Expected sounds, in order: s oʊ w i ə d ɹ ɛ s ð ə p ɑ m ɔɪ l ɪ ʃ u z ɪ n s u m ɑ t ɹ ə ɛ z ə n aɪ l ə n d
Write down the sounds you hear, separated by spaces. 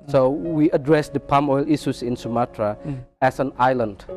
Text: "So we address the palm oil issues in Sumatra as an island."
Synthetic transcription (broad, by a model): s oʊ w i ə d ɹ ɛ s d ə p ɑ m ɔɪ l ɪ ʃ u s ɪ n s u m ɑ t ɹ ə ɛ s ə n aɪ l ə n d